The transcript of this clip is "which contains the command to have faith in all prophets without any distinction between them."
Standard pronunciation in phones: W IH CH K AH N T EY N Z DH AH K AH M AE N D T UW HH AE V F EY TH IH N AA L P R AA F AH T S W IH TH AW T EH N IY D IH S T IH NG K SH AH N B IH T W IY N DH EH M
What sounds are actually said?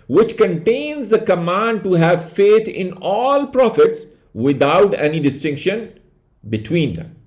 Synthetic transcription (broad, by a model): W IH CH K AH N T EY N Z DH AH K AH M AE N D T UW HH AE V F EY T IH N AA L P R AA F AH T S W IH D AW T EH N IY D IH S T IH NG K SH AH N B IH T W IY N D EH M